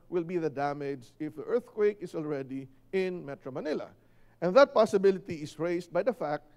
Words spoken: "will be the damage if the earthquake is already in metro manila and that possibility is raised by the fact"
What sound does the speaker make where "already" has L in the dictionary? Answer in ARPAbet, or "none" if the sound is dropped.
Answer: L